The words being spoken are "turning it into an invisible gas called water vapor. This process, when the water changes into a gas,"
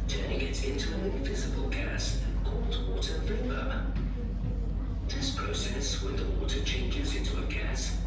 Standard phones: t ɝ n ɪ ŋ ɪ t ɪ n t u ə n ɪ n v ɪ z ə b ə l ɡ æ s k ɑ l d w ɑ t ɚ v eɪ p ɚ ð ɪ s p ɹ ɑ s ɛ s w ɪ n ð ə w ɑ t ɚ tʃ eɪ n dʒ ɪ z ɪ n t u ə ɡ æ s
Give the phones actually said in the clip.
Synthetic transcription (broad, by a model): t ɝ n ɪ ŋ ɪ t ɪ n t u ə n ɪ n v ɪ z ə b ə l ɡ æ s k ɑ l d w ɑ t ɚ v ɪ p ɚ ð ɪ s p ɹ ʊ s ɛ s w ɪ ð ə w ɑ t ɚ tʃ eɪ n dʒ ɪ z ɪ n t u ə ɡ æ s